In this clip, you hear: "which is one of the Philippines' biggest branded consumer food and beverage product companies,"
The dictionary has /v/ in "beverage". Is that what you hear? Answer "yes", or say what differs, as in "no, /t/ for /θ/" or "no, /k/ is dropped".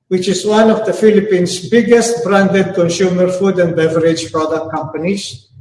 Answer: yes